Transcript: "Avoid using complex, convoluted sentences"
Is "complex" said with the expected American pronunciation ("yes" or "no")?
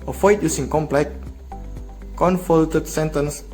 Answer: no